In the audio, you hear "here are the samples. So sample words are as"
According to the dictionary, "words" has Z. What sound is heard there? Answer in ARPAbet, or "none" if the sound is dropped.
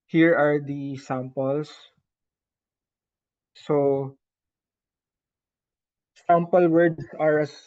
S